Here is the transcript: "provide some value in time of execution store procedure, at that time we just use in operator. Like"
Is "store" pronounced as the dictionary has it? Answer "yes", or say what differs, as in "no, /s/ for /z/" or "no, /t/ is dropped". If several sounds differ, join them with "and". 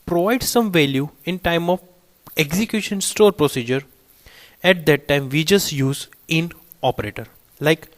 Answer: yes